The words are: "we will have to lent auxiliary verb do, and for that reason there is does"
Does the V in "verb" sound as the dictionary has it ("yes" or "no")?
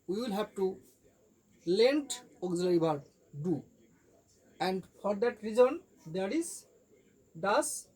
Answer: no